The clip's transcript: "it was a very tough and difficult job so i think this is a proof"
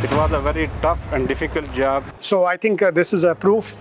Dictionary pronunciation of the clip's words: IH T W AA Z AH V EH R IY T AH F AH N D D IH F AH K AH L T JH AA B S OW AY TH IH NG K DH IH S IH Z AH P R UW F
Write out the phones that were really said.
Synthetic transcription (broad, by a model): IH T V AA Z AH V EH R IY T AH F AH N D D IH F AH K AH L T JH AA B S OW AY T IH NG K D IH S IH Z AH P R UW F